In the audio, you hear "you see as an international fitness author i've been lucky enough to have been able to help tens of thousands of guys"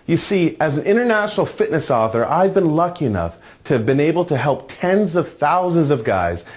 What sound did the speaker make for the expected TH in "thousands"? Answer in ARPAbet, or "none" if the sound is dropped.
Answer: TH